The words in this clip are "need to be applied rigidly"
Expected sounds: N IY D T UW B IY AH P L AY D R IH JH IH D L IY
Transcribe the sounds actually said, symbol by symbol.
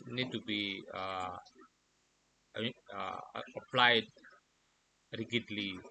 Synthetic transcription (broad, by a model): N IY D T UW B IY AH P L AY D R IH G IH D L IY